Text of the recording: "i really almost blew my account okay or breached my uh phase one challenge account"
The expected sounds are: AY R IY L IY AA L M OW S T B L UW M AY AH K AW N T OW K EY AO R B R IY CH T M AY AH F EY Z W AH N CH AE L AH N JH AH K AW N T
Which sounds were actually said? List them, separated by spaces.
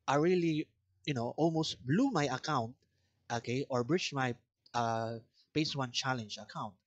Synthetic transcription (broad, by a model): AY R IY L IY AA L M OW S T B L UW M AY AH K AW N T OW K EY AO R B R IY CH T M AY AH P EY S W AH N CH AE L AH N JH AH K AW N T